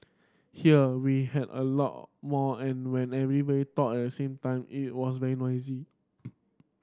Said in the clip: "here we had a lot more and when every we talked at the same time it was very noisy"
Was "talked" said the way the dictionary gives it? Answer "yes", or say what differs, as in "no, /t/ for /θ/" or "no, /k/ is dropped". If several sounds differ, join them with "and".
no, /k/ is dropped